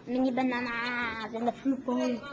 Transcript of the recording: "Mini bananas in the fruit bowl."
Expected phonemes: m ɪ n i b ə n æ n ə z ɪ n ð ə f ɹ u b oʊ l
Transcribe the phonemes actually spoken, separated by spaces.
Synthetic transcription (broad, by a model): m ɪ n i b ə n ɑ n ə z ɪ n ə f u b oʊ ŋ